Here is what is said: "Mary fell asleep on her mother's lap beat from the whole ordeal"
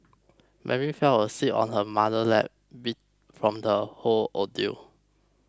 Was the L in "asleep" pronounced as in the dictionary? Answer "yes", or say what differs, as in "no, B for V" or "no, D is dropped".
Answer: no, L is dropped